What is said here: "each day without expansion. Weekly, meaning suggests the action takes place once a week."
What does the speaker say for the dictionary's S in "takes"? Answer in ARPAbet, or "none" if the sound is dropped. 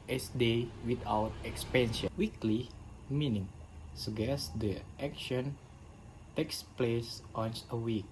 S